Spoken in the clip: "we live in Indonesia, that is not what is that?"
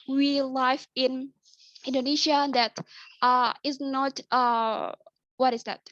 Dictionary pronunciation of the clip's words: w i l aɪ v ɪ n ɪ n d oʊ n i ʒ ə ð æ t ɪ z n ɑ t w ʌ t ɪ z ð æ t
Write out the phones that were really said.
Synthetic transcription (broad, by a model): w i l aɪ f ɪ n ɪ n d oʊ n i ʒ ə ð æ t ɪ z n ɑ t w ʌ t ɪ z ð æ t